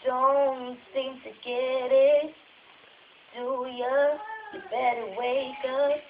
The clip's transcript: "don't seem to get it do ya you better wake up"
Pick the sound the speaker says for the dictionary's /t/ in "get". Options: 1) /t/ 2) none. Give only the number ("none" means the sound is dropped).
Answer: 1